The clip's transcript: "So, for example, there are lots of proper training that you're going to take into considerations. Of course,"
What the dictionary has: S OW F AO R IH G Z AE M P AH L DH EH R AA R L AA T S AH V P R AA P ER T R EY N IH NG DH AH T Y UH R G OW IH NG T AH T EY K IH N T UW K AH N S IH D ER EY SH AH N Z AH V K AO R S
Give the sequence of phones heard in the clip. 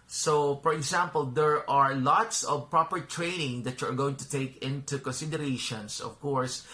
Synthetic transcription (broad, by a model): S OW F AO R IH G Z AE M P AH L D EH R AA R L AA T S AH V P R AA P ER T R EY N IH NG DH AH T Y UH R G OW IH NG T AH T EY K IH N T UW K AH N S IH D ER EY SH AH N S AH V K AO R S